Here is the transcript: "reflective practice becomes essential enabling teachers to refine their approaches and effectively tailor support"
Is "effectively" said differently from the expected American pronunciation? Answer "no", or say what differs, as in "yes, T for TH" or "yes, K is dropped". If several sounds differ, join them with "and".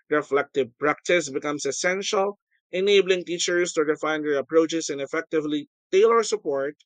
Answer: no